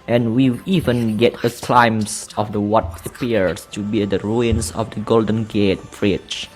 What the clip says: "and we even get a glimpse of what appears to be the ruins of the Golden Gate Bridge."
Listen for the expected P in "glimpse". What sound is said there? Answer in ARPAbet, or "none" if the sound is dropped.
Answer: none